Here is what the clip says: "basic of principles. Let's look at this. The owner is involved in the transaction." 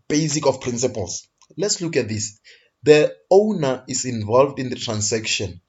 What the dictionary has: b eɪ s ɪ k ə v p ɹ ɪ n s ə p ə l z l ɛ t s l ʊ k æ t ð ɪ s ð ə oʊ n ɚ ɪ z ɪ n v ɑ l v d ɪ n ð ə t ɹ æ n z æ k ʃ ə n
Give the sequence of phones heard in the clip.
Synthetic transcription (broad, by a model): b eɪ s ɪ k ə f p ɹ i n s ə p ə l s l ɛ t s l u k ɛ t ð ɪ s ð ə oʊ n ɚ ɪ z ɪ n v ɑ l v d ɪ n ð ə t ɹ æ n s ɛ k ʃ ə n